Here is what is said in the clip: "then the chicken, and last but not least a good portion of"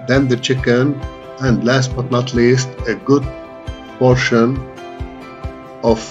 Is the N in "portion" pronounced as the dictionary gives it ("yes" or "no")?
yes